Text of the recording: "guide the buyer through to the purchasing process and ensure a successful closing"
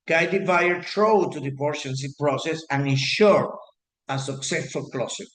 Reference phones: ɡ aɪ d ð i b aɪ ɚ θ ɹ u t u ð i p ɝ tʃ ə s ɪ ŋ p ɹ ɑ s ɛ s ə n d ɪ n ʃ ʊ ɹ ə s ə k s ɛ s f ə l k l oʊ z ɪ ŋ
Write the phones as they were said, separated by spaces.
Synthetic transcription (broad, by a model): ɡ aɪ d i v aɪ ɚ t ɹ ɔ t u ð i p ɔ ʃ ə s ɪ p ɹ ɑ s ɛ s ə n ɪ n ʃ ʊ ɹ ə s ə k s ɛ s f ə l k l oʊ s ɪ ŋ